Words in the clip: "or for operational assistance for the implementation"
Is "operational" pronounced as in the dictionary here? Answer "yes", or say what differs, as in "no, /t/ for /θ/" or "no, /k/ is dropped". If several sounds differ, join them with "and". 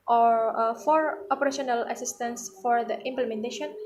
yes